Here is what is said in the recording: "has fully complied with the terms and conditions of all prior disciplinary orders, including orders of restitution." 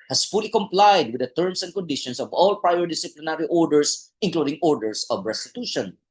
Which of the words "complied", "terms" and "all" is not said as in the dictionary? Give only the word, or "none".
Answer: terms